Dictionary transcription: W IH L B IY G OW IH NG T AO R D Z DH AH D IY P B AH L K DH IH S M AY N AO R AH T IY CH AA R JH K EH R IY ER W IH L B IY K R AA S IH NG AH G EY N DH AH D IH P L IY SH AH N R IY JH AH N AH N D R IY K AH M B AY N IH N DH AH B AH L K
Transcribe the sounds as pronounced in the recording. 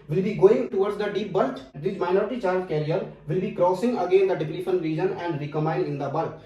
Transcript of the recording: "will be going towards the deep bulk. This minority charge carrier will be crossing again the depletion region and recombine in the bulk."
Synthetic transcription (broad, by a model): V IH L B IY G OW IH NG T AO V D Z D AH D IY P B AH L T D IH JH M AY N AO R AH T IY CH AA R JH K EH R IY ER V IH L B IY K R AA S IH NG AH G EY N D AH D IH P N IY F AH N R IY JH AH N AH N D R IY K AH M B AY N IH N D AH B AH L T